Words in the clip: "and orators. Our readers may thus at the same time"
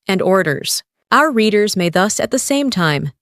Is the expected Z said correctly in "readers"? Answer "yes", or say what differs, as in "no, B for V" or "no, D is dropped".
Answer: yes